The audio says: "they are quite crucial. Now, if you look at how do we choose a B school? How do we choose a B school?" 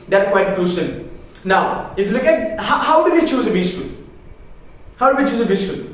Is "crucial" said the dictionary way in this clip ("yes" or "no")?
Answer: no